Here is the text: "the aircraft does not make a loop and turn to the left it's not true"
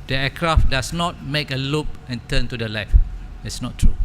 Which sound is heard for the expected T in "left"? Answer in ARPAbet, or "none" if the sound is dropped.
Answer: none